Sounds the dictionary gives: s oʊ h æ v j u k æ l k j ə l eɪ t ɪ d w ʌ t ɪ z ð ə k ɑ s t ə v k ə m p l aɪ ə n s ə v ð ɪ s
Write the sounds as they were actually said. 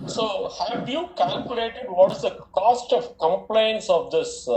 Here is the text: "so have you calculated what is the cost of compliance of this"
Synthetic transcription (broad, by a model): s oʊ h æ v j u k æ l k j ə l eɪ t ɪ d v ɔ t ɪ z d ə k ɑ s t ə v k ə m p l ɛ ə n s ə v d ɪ s